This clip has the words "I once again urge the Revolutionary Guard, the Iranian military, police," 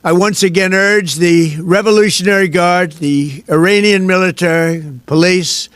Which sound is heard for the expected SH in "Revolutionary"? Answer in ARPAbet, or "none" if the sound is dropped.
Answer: SH